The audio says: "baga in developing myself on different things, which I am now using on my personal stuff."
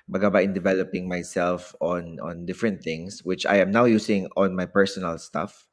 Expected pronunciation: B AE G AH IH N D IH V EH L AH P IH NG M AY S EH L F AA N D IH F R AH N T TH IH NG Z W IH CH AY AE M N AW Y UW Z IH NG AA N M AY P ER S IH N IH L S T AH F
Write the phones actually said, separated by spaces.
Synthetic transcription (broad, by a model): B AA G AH IH N D IH V EH L AH P IH NG M AY S EH L F AA N D IH F R AH N T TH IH NG S W IH CH AY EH M N AW Y UW S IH NG AA N M AY P ER S IH N IH L S T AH F